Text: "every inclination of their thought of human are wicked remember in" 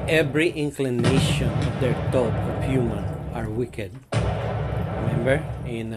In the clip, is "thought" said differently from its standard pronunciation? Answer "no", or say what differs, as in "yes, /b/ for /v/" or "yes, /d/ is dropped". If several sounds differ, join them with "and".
yes, /t/ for /θ/